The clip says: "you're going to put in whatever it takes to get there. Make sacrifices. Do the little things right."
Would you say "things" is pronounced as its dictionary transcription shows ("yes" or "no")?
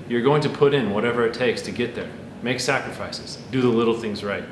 yes